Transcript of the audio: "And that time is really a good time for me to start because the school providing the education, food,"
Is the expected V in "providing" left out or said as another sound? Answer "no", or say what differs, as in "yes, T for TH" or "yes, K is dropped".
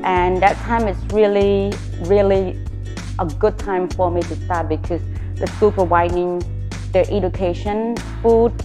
yes, W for V